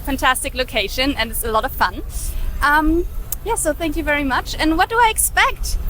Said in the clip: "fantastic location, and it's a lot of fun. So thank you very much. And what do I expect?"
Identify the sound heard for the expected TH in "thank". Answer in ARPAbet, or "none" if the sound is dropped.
TH